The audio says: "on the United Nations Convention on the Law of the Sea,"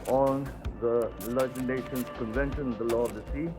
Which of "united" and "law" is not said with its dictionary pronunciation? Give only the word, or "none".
united